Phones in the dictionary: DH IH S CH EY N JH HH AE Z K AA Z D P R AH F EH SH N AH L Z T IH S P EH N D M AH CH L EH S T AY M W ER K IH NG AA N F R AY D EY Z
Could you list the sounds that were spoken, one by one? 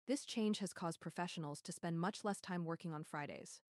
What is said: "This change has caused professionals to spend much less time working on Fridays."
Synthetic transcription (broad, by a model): DH IH S CH EY N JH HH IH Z K AA Z D P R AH F EH SH N L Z T IH S P EH N D M AH CH L EH S T AY M W ER K IH NG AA N F R AY D EY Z